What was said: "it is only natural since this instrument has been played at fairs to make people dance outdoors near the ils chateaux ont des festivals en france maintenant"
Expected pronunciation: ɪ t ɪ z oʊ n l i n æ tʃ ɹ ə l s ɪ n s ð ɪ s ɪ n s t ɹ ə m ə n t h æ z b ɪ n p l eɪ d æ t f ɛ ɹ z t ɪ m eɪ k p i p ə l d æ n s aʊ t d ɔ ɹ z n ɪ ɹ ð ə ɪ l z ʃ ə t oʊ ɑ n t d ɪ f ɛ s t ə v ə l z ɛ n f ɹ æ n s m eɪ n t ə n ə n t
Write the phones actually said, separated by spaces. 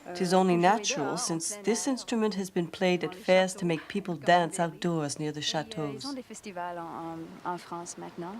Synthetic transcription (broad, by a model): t ɪ z oʊ n l i n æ tʃ ɹ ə l s ɪ n s ð ɪ s ɪ n s t ɹ ə m ə n t h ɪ z b ɪ n p l eɪ d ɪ t f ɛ ɹ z t ɪ m eɪ k p i p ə l d æ n s aʊ t d ɔ ɹ z n ɪ ɹ ð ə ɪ ʃ ə t oʊ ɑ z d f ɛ s t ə v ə l ɑ f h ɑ s m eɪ t n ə